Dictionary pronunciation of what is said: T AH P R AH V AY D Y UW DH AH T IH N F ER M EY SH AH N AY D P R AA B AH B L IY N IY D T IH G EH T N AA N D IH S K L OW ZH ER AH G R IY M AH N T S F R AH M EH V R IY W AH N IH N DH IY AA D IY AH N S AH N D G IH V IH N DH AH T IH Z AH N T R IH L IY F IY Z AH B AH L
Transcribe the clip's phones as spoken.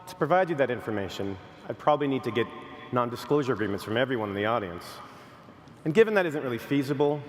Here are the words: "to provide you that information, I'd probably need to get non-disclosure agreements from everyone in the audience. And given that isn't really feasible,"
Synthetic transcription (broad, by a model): T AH P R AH V AY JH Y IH DH AH T IH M F ER M EY SH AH N AY D P R AA B AH B L IY N IY D T IH G EH T N AA N D IH S K L OW ZH ER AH G R IY M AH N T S F R AH M EH V R IY W AH N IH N DH IY AA D IY AH N S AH N G IH V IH N DH AH T IH Z AH N T R IH L IY F IY Z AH B L